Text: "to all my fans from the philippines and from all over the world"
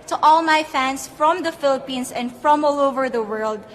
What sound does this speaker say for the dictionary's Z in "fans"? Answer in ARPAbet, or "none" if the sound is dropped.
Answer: S